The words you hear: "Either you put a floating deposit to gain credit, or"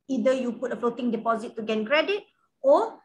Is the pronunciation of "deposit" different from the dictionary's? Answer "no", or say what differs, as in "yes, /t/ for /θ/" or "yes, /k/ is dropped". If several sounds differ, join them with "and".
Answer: no